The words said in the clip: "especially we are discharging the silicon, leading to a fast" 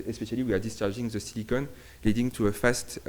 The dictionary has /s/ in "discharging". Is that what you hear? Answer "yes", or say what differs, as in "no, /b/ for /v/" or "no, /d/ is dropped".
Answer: yes